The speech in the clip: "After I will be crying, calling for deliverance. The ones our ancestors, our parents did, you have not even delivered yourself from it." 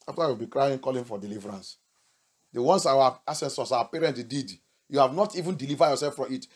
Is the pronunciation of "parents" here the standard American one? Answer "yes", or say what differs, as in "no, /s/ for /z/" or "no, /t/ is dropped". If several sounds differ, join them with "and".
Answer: no, /s/ is dropped